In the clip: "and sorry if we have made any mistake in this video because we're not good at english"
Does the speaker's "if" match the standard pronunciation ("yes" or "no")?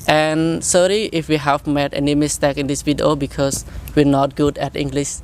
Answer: yes